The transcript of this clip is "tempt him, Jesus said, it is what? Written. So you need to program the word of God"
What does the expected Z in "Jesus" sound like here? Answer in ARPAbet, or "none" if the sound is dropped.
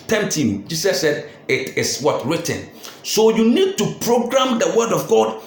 S